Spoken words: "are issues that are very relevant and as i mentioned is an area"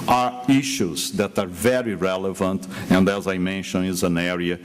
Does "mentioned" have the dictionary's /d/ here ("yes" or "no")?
no